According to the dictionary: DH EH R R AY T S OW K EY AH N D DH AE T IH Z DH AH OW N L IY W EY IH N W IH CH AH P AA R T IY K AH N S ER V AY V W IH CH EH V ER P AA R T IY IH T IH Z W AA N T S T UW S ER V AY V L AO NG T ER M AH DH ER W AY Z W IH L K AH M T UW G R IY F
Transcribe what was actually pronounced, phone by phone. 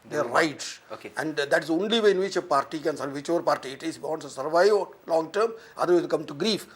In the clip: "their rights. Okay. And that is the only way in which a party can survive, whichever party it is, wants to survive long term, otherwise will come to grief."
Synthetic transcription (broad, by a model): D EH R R AY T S OW K EY AH N D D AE T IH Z OW N L IY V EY IH N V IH CH AH P AA R T IY K AH N S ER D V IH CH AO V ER P AA R T IY IH T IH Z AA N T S T UW S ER V AY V L AO NG T ER M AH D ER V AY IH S K AH M T UW G R IY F